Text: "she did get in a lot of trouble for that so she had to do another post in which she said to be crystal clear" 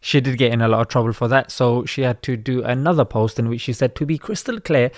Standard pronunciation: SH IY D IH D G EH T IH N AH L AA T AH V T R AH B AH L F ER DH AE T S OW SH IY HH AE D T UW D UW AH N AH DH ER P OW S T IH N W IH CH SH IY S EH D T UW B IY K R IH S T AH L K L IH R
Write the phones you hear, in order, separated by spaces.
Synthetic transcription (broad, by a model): SH IY D IH D G EH T IH N AH L AA T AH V T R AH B AH L F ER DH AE T S OW SH IY HH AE D T UW D UW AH N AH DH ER P OW S T IH N W IH CH SH IY S EH D T UW B IY K R IH S T AH L K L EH